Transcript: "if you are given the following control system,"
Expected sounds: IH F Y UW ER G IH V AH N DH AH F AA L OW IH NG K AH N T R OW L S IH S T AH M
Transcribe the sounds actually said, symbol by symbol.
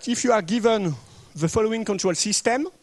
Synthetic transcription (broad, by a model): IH F Y UW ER G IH V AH N DH AH F AA L OW IH NG K AH N T R OW L S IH S T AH M